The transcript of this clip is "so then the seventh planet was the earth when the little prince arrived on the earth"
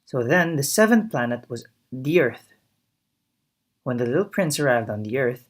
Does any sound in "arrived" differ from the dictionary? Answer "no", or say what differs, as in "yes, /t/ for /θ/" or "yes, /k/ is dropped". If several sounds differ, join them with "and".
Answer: no